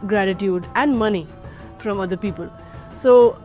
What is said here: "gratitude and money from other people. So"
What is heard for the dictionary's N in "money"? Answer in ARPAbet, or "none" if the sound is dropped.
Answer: N